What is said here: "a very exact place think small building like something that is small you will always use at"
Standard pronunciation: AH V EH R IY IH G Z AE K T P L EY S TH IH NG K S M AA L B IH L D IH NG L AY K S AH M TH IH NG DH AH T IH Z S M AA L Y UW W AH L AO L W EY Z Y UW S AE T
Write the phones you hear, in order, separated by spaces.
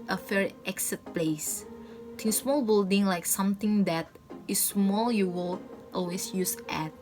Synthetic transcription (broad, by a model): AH F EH R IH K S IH T P L EY S T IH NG S M AA L B IH L D IH NG L AY K S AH M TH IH NG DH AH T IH S M AA L Y UW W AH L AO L W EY S Y UW S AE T